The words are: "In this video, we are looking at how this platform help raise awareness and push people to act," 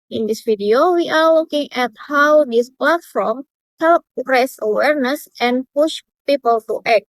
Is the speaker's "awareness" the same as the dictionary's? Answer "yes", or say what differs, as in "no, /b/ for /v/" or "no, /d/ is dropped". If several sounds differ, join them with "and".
yes